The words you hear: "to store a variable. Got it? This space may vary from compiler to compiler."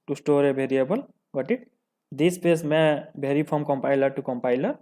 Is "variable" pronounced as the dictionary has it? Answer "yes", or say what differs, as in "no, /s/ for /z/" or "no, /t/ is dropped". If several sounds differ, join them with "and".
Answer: no, /b/ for /v/